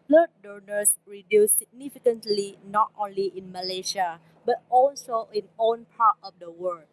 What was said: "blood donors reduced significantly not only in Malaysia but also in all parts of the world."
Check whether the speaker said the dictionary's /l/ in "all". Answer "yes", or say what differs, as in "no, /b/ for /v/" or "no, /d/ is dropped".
no, /n/ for /l/